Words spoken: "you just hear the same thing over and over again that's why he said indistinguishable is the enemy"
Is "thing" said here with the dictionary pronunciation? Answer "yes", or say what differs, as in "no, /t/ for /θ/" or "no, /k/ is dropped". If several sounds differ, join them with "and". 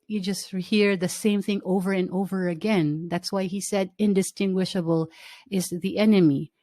yes